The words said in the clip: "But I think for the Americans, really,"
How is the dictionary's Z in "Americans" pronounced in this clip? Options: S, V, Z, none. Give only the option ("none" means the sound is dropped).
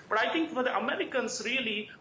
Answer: S